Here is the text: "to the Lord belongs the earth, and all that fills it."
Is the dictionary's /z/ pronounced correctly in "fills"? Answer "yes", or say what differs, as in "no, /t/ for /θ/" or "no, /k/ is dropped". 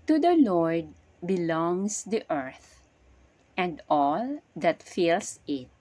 no, /s/ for /z/